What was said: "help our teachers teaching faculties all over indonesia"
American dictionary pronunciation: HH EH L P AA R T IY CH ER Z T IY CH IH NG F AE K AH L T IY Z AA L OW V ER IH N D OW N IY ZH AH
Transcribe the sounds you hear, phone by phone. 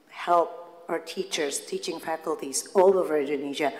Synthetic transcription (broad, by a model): HH EH L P AA R T IY CH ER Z T IY CH IH NG F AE K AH L T IY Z AA L OW V ER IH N D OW N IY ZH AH